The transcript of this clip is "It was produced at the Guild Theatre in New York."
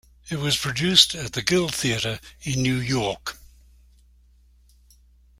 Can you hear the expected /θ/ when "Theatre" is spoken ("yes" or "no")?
yes